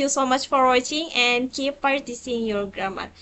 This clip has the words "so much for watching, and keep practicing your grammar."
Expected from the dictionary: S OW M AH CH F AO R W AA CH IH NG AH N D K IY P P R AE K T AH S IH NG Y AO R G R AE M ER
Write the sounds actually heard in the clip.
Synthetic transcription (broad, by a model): S OW M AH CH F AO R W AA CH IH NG AH N D K IY P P AA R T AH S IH NG Y AO R G R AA M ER